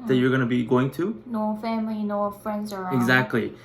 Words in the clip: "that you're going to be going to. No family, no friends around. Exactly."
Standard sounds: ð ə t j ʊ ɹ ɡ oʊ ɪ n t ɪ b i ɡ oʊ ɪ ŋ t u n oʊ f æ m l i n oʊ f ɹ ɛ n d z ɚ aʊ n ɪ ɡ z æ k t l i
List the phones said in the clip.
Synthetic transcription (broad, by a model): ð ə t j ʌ ɹ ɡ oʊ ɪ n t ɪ b i ɡ oʊ ɪ ŋ t u n oʊ f æ m l i n oʊ f ɹ ɛ n d z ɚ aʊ ɪ ɡ z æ k t l i